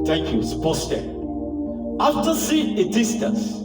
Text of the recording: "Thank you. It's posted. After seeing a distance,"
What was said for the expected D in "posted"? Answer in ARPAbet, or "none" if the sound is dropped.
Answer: none